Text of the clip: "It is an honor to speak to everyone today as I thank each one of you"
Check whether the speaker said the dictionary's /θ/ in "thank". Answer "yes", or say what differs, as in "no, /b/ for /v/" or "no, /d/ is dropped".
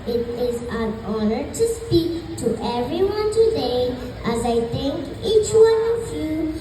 no, /t/ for /θ/